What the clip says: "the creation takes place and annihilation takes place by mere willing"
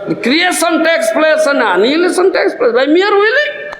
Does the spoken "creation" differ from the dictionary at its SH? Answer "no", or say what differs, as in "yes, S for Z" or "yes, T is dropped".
yes, S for SH